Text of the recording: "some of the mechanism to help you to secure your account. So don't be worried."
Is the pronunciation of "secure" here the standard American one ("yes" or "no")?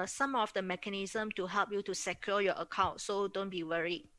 no